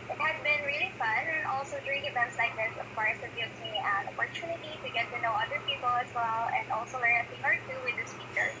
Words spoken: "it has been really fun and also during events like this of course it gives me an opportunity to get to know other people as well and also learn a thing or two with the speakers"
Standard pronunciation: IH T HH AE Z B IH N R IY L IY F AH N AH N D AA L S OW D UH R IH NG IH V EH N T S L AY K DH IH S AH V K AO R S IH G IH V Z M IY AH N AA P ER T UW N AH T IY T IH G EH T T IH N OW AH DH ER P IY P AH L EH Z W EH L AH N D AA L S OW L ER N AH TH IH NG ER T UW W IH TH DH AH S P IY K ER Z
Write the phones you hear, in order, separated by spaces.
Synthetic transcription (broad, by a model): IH T HH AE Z B IH N R IY L IY F AH N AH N AA L S OW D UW IH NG IH V EH N T S L AY K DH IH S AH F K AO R IH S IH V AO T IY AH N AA P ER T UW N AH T IY T IH G EH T T IH N OW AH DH ER P IY P AH L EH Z W EH L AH N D AA L S OW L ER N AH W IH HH ER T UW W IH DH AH S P IY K ER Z